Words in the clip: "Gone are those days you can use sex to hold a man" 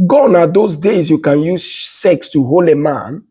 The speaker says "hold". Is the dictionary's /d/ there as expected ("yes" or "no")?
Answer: no